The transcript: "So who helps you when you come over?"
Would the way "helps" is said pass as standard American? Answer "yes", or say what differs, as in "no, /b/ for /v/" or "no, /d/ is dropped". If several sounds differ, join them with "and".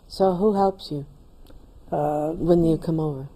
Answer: yes